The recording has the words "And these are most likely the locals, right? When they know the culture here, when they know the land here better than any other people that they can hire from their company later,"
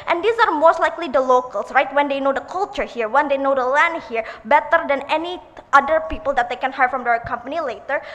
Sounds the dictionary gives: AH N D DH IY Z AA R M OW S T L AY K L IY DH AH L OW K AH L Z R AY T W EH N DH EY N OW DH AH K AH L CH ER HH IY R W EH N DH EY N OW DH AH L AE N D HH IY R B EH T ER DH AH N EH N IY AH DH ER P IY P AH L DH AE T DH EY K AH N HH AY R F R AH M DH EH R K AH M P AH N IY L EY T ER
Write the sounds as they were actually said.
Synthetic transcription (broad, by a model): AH N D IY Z AA R M OW S T L AY K L IY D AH L OW K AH L S R AY T W EH N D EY N OW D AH K AH L CH ER HH IY R W EH N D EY N OW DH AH L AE N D HH IY R B EH T ER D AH N EH N IY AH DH ER P IY P AH L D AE T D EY K AH N HH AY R F R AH M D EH R K AH M P AH N IY L EY T ER